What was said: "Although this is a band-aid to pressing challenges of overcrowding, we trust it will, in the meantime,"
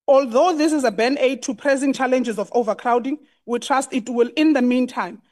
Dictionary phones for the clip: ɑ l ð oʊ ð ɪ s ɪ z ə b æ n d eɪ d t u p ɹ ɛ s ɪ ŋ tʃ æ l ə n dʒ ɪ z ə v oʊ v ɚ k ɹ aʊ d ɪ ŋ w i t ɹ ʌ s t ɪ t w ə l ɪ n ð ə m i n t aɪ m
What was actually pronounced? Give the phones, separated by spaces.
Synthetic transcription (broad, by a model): ɑ l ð oʊ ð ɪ s ɪ z ə b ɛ n eɪ d t u p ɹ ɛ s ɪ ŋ tʃ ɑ l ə n dʒ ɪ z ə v oʊ v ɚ k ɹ aʊ d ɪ ŋ w i t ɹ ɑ s t ɪ t w ə l ɪ n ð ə m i n t aɪ m